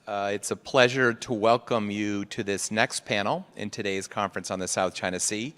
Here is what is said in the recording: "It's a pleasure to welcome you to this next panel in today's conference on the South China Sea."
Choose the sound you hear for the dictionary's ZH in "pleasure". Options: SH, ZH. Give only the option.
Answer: ZH